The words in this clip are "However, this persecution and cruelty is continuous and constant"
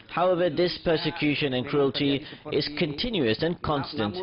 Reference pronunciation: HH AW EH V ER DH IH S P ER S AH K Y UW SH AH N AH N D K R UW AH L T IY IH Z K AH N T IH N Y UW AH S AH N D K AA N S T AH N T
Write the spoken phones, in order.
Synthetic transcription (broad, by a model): HH AW EH V ER DH IH S P ER S AH K Y UW SH AH N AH N K R UW AH L T IY IH Z K AH N T IH N Y UW AH S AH N K AA N S T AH N T